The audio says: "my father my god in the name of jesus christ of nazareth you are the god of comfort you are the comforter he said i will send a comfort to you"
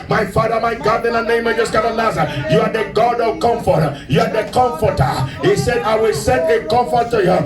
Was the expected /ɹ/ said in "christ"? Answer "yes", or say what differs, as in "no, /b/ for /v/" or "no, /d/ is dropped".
no, /ɹ/ is dropped